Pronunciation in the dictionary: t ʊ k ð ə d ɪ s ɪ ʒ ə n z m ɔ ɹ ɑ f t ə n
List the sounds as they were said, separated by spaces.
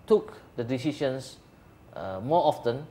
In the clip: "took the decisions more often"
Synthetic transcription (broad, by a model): t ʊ k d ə d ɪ s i ʃ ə n s m ɔ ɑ f t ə n